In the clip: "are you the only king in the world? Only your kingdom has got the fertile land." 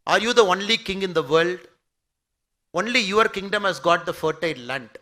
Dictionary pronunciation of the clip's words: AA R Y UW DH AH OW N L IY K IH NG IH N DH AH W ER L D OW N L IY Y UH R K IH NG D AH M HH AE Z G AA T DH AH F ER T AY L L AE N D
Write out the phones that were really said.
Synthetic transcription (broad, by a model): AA R Y UW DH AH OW N L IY K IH NG IH N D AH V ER L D OW N L IY Y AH R K IH NG D AH M HH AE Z G AA T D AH F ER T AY N L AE N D